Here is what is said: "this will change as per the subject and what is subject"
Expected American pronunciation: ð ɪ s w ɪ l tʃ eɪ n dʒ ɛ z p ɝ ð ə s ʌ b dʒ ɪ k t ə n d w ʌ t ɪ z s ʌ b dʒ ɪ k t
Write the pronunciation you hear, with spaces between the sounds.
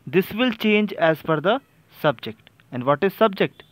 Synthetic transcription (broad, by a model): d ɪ s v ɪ l tʃ eɪ n dʒ ɛ z f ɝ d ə s ʌ b dʒ ɪ k t ə n d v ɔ t ɪ z s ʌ b dʒ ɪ k t